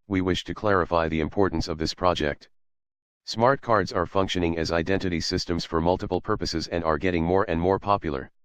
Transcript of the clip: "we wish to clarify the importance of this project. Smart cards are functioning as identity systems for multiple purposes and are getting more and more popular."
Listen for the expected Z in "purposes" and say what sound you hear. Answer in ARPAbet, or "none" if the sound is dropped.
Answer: Z